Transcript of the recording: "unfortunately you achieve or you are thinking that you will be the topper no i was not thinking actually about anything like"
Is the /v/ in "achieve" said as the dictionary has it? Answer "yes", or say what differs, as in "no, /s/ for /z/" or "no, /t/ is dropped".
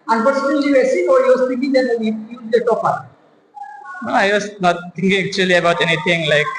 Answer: no, /v/ is dropped